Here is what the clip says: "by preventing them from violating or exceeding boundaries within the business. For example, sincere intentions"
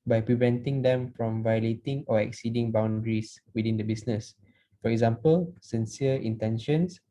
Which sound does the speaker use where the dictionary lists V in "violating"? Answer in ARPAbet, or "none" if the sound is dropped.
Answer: V